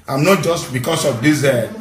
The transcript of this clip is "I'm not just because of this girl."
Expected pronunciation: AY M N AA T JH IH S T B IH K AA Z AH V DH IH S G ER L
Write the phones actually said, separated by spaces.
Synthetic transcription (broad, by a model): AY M N AA T JH IH S T B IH K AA S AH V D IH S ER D